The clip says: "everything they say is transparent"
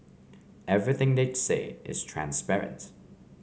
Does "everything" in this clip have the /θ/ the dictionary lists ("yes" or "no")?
yes